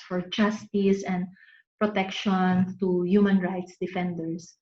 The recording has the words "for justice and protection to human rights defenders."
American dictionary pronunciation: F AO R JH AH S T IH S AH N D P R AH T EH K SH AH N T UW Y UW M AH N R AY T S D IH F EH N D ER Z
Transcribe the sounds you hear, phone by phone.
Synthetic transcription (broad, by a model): F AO R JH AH S T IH S AH N D P R AH T EH K SH AH N T UW Y UW M AH N R AY T S D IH F EH N D ER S